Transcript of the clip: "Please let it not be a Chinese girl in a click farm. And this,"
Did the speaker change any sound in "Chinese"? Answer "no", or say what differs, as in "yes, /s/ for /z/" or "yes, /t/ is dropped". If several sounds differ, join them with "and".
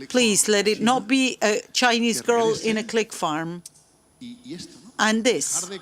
no